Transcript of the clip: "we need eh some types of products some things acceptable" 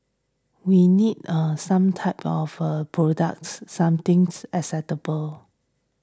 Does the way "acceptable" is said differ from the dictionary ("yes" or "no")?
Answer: yes